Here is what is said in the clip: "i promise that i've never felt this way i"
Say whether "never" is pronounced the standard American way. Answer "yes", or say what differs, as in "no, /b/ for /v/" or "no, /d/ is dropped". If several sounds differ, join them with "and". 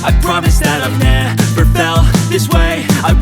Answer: no, /p/ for /v/